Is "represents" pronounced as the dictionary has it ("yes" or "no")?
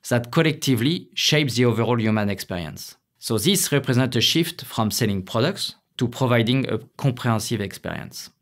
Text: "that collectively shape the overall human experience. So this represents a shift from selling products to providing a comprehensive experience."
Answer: no